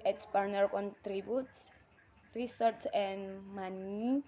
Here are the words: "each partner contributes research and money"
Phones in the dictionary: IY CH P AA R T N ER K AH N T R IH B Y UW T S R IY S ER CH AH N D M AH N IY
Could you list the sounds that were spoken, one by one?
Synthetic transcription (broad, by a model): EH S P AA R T N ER K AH N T R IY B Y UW T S R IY S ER S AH N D M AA N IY